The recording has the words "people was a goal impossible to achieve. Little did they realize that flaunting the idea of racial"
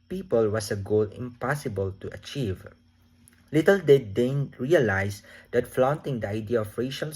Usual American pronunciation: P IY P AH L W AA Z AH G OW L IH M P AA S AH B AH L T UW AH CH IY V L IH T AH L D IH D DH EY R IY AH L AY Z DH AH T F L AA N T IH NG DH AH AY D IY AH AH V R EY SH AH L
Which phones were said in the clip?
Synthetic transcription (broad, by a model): P IY P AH L W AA S AH G OW L IH M P AA S AH B AH L T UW AH CH IY V L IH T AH L D IH D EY R IY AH L AY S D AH T F L AA N T IH NG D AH AY D IY AH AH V R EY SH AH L